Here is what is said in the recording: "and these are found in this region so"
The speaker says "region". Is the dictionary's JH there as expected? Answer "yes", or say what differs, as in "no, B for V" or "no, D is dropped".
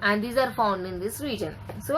yes